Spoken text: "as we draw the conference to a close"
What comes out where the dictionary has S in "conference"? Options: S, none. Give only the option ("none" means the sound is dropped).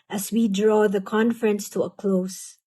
S